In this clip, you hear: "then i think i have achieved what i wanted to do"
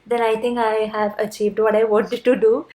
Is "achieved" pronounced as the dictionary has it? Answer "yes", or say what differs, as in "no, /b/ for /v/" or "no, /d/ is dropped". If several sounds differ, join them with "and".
yes